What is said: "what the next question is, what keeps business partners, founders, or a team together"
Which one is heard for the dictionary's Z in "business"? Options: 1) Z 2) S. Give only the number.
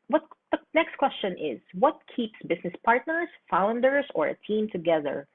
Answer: 2